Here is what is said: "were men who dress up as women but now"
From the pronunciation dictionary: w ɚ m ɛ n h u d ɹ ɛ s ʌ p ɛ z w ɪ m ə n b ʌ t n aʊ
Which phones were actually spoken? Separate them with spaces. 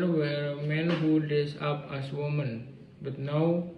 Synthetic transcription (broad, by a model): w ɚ m ɛ n h u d ɛ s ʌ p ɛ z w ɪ m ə n b ʌ t n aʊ